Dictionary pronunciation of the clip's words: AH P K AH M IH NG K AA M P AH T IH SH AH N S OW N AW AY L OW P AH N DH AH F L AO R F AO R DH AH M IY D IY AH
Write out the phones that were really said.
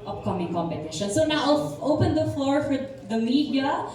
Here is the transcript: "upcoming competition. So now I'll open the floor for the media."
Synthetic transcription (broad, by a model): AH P K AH M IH NG K AA M P AH T IH SH AH N S OW N AW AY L OW P AH N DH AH F L AO R F AO R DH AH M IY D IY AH